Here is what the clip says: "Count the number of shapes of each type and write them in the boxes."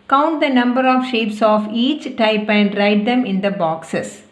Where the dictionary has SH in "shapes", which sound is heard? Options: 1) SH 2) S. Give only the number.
1